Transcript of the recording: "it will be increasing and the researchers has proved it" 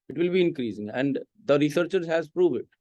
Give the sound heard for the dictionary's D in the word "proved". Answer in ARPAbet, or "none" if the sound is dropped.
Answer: none